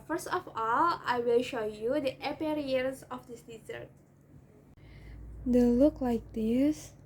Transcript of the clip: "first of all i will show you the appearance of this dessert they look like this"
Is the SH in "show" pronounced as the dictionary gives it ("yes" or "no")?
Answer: yes